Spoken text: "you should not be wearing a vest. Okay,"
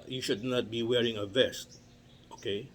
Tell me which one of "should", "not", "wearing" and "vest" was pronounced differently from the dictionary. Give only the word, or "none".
none